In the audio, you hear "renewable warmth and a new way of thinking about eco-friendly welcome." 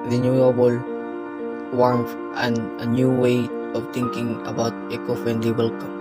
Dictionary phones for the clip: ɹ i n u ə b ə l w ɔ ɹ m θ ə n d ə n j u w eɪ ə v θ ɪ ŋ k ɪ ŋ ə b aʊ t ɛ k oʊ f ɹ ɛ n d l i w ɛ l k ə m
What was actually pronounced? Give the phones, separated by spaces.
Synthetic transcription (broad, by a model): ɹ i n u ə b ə l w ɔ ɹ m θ ə n d ə n j u w eɪ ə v t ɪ ŋ k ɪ ŋ ə b aʊ t ɛ k oʊ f ɛ n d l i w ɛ l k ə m